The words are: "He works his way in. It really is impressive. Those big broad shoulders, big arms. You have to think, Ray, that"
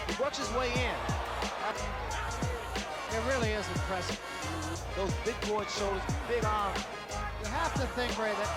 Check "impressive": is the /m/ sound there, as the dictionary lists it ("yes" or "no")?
no